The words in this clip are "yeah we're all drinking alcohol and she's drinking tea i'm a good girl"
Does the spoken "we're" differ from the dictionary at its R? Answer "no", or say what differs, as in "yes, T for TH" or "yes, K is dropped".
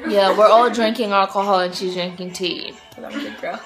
no